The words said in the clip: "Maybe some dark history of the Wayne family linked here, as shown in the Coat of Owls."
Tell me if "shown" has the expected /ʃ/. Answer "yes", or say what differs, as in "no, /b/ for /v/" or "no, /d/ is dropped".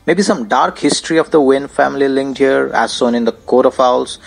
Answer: no, /s/ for /ʃ/